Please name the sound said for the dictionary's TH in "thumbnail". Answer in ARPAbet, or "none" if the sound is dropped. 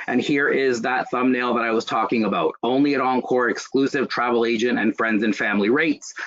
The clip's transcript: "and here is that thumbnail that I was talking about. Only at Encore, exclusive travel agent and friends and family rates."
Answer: TH